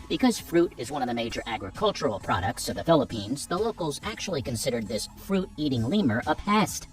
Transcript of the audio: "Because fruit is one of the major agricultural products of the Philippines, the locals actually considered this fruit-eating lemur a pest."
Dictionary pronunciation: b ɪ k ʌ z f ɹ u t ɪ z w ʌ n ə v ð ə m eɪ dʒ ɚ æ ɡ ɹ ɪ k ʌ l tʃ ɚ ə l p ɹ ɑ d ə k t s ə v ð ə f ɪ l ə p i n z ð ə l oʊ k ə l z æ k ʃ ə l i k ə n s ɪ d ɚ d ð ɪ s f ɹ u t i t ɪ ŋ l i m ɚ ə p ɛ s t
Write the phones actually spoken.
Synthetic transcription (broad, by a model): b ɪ k ʌ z f ɹ u t ɪ z w ʌ n ə v ð ə m eɪ dʒ ɚ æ ɡ ɹ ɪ k ʌ l tʃ ɚ l p ɹ ɑ d ə k t s ə v ð ə f ɪ l ə p i n z ð ə l oʊ k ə l z æ k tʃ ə l i k ə n s ɪ d ɚ d ð ɪ s f ɹ u t i t ɪ ŋ l i m ɚ ə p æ s t